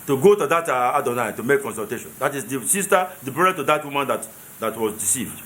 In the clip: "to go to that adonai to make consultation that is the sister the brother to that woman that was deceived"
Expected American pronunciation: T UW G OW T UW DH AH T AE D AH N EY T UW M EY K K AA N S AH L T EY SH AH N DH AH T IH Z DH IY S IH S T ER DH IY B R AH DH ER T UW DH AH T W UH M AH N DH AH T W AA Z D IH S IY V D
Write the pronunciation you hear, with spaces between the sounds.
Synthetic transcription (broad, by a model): T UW G OW T UW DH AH T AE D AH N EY T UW M EY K K AA N S AH L T EY SH AH N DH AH T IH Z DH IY S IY S T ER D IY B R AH ER T UW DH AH T W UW M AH N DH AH T W AA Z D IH S IY V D